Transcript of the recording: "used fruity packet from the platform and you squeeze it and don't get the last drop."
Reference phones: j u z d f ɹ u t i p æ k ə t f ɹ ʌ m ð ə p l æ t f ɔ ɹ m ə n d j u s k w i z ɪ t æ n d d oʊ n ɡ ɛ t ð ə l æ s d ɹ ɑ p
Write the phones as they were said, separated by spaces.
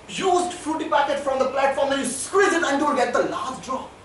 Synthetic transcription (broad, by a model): j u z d f ɹ u t i p æ k ə t f ɹ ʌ m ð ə p l æ t f ɔ ɹ m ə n j u s k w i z ɪ t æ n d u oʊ l ɡ ɛ t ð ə l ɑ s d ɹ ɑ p